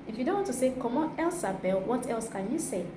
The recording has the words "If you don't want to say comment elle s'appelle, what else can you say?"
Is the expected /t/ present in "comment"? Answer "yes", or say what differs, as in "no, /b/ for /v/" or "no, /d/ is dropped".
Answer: no, /t/ is dropped